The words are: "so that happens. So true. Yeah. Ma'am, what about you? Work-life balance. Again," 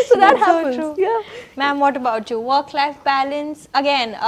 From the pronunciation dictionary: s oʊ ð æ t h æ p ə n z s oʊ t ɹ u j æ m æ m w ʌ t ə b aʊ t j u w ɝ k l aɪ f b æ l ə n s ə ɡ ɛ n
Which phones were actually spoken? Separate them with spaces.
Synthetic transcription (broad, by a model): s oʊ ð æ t h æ ə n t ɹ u j æ m æ m w ʌ t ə b aʊ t j u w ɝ k l aɪ f b æ l ə n s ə ɡ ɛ n